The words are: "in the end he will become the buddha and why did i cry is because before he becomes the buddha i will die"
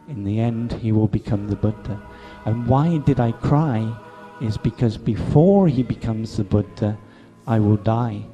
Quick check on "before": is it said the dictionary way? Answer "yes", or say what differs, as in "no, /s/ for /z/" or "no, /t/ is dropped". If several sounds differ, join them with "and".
yes